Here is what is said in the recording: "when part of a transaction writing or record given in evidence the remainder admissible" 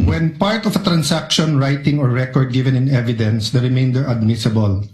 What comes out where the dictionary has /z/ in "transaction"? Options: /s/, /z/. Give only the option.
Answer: /s/